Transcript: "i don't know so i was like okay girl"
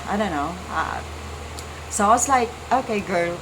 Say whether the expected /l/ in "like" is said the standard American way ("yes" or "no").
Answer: yes